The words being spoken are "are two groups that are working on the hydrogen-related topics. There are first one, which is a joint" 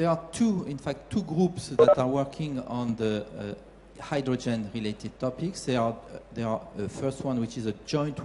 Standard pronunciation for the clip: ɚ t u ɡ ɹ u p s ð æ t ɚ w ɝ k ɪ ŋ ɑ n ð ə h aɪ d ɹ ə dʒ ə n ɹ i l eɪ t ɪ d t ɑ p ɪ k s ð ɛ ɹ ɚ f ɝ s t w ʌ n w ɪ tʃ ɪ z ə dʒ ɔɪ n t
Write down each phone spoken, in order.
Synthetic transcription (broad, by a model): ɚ t u ɡ ɹ u p s ð æ t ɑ w ɝ k ɪ ŋ ɑ n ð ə h aɪ d ɹ ə dʒ ə n ɹ i l eɪ t ɪ d t ɑ p ɪ k s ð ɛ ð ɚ f ɝ s t w ʌ n w ɪ tʃ ɪ z ə dʒ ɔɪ n t